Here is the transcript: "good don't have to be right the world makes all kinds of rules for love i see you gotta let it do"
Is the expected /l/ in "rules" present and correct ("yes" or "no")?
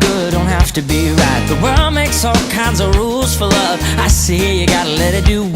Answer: yes